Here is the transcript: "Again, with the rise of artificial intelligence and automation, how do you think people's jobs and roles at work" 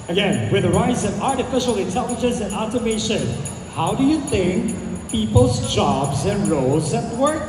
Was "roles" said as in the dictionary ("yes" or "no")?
yes